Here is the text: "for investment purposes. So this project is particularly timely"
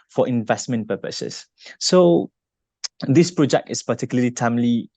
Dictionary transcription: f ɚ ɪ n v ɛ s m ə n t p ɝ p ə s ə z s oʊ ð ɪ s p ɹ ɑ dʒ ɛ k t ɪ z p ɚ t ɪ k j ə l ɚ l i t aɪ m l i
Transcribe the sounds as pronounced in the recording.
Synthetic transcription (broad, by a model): f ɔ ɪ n v ɛ s m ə n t p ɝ p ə s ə s oʊ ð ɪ s p ɹ ɑ dʒ ɛ k t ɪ s p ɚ t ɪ k j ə l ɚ l i t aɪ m l i